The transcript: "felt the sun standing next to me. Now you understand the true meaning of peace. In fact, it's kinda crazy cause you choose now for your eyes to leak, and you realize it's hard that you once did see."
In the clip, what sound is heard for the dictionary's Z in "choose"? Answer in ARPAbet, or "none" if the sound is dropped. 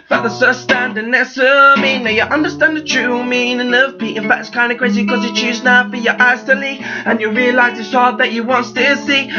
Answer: Z